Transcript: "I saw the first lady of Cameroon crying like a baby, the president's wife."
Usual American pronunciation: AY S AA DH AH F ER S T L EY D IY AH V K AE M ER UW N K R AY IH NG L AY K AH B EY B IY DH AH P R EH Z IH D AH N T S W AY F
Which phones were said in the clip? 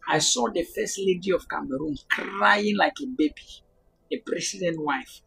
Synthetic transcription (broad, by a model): AY S AA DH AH F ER S T L EY D IY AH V K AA M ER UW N K R AY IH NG L AY K AH B EY B IY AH P R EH S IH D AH N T W AY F